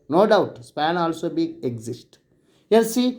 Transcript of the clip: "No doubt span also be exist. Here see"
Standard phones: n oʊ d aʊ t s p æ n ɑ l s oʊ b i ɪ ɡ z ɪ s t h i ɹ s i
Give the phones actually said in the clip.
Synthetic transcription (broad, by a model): n oʊ d aʊ t s p æ n ɑ l s oʊ b i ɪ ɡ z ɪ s t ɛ l s i